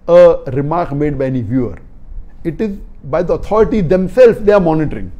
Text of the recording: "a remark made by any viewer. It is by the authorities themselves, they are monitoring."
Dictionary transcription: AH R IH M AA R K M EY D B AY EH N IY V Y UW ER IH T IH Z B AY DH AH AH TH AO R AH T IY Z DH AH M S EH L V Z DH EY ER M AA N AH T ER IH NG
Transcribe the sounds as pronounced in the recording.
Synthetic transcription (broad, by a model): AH R IH M AA R K M EY D B AY EH N IY V Y UW ER IH T IH Z B AY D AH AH T AO R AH T IY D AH M S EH L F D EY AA M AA N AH T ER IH NG